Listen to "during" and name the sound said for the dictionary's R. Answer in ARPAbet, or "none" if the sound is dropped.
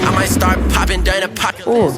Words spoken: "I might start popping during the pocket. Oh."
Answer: none